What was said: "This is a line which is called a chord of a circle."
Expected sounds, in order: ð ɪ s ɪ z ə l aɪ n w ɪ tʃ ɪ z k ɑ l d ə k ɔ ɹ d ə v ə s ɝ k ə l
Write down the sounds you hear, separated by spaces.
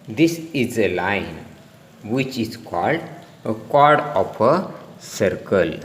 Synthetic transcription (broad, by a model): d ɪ s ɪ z ə l aɪ n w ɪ tʃ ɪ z k ɑ l d ə k ɔ ɹ d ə f ə s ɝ k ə l